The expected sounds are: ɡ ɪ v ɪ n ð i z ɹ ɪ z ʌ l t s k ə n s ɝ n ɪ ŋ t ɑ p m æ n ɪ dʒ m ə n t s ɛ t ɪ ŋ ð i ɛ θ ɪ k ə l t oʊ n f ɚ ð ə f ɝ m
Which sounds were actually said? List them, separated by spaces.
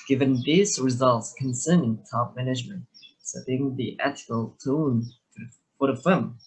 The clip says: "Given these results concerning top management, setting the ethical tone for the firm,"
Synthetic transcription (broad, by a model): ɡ ɪ v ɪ n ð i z ɹ ɪ z ʌ l t s k ə n s ɝ n ɪ ŋ t ɑ p m æ n ɪ dʒ m ə n t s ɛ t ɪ ŋ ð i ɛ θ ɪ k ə l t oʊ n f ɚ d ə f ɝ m